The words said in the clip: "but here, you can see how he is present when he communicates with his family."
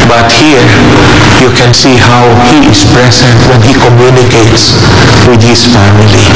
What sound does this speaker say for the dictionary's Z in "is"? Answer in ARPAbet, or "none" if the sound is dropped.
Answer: S